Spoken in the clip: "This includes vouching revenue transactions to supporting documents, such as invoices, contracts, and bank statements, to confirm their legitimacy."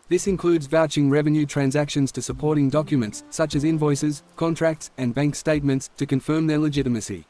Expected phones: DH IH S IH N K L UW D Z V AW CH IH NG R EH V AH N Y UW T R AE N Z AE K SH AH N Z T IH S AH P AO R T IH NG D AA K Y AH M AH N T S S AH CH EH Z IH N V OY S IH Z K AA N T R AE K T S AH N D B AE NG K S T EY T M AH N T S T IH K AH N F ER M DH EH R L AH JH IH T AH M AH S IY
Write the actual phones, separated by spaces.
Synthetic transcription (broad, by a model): DH IH S IH N K L UW D Z V AW CH IH NG R EH V AH N Y UW T R AE N Z AE K SH AH N Z T IH S AH P AO R T IH NG D AA K Y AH M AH N T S S AH CH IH Z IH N V OY S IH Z K AA N T R AE K T S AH N B AE NG K S T EY T M AH N T S T IH K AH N F ER M DH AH R L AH JH IH T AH M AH S IY